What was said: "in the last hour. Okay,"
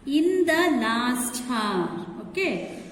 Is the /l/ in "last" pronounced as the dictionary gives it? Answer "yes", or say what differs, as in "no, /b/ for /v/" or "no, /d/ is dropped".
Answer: no, /n/ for /l/